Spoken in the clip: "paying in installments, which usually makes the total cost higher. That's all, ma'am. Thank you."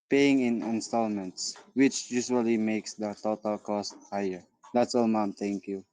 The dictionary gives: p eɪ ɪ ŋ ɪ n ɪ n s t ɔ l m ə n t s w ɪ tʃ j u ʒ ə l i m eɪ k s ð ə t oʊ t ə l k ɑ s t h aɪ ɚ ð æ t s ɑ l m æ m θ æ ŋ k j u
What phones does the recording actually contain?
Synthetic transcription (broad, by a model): p eɪ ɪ ŋ ɪ n ɪ n s t ɔ l m ə n t s w ɪ tʃ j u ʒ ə l i m eɪ k s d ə t oʊ t ə l k ɑ s t h aɪ ɚ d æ t s ɑ l m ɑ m t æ ŋ k j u